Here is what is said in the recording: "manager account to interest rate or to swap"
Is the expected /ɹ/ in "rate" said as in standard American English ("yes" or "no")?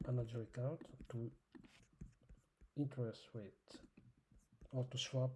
no